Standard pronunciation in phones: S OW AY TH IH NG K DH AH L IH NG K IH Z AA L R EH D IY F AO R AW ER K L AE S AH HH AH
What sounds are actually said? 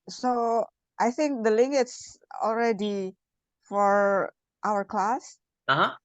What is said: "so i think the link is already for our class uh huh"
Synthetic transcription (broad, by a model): S OW AY TH IH NG K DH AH L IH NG IH S AA L R EH D IY F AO R AW ER K L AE S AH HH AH